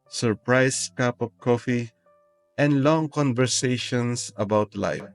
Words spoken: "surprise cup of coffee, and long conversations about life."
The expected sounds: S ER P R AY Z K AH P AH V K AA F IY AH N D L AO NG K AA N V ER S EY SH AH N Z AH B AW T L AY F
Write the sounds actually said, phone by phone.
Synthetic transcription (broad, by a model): S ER P R AY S K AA P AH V K AA F IY AH N D L AO NG K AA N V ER S EY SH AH N S AH B AW T L AY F